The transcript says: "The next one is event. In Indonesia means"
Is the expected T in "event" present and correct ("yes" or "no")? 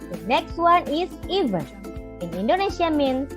no